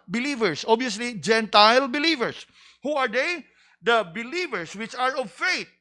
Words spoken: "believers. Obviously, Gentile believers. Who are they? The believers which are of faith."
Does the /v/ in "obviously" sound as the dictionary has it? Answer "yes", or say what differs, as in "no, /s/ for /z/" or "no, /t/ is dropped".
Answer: no, /v/ is dropped